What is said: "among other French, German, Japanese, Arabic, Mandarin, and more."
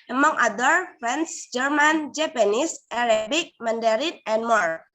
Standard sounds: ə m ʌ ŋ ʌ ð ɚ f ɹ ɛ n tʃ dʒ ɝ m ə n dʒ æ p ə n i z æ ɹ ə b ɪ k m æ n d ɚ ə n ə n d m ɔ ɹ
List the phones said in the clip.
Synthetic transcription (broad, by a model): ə m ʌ ŋ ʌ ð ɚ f ɹ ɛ n s dʒ ɝ m ə n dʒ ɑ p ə n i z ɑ ɹ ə b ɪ k m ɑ n d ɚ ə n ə n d m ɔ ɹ